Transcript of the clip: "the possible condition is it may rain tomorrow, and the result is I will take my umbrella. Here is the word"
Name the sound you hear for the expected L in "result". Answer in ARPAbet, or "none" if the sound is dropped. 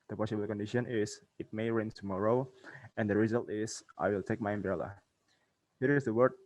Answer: L